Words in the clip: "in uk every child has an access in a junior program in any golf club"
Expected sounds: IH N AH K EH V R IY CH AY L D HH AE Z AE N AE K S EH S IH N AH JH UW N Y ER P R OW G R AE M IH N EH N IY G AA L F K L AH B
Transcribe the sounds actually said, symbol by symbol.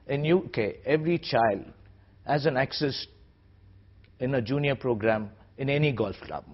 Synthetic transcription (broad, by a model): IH N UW K EH V R IY CH AY L D HH AE Z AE N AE K S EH S IH N AH JH UW N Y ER P R OW G R AE M IH N EH N IY G AA L F K L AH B